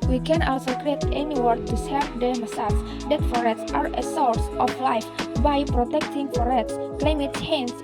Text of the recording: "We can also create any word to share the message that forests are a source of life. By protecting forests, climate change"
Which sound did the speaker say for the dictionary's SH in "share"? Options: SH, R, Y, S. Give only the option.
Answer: S